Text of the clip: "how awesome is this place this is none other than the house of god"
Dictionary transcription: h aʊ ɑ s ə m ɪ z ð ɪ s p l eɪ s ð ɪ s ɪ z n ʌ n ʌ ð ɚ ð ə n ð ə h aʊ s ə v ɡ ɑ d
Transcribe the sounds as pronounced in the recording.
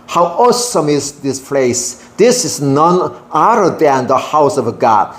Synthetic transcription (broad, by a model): h aʊ ɑ s ə m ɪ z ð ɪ s p l eɪ s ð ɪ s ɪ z n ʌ n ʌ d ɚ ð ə n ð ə h aʊ s ə v ɡ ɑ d